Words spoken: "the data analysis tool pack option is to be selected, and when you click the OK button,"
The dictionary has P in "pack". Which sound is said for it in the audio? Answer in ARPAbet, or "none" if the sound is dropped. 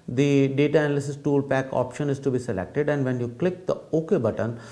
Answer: P